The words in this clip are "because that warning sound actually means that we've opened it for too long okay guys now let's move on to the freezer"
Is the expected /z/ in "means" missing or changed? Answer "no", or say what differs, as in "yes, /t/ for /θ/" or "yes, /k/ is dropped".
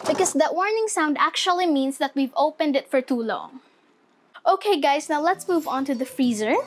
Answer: yes, /s/ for /z/